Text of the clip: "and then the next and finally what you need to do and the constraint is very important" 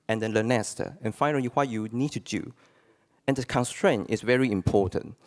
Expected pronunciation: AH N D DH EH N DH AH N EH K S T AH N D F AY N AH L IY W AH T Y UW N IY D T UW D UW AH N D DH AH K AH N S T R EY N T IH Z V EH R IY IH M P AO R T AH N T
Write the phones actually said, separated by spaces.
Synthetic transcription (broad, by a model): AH N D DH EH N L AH N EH S T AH N F AY N AH L IY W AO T Y UW N IY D T UW D UW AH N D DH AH K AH N S T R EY N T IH S V EH R IY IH M P AO T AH N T